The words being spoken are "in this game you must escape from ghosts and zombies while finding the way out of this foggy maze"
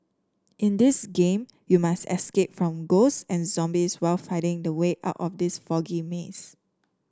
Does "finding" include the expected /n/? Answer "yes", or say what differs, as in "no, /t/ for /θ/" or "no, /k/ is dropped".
no, /n/ is dropped